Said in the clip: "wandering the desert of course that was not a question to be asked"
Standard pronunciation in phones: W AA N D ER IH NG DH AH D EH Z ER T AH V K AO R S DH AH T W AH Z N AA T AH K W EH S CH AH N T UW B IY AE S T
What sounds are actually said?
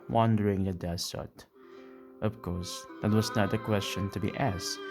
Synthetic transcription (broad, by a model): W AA N D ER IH NG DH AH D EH S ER T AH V K AO R S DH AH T W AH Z N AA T AH K W EH S CH AH N T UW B IY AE S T